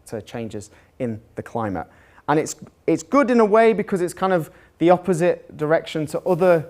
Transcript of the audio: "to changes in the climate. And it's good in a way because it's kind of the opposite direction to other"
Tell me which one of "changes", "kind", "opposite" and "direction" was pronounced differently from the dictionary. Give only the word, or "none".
none